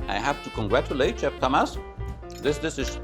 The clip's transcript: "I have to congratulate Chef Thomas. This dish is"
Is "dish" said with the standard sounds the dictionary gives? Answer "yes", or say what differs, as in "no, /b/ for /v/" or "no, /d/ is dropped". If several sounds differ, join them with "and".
no, /s/ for /ʃ/